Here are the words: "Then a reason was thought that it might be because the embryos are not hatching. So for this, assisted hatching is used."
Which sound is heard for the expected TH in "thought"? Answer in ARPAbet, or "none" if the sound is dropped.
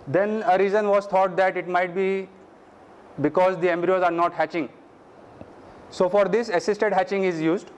T